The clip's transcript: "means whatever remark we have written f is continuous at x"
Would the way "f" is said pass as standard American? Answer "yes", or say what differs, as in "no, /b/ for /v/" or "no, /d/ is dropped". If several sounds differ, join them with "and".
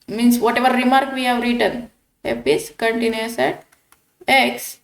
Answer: no, /p/ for /f/